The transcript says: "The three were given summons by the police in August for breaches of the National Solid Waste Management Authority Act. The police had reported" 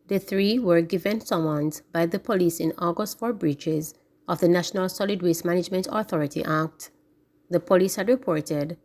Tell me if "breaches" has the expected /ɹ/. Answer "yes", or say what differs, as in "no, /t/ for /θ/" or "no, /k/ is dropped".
yes